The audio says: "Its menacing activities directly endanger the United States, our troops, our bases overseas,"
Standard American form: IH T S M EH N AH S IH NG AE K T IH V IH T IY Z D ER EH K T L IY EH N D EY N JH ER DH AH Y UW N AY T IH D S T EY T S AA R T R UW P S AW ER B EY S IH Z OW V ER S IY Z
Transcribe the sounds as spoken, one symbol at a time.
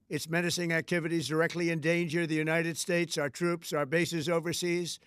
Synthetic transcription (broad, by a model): IH T S M EH N AH S IH NG AE K T IH V IH T IY Z D ER EH K T L IY EH N D EY N JH ER DH AH Y UW N AY T IH D S T EY T S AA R T R UW P S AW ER B EY S IH Z OW V ER S IY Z